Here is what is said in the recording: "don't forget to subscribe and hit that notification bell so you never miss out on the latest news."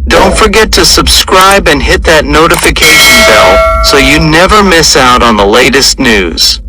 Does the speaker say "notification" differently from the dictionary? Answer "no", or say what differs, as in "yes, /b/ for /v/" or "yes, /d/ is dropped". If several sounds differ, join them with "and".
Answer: no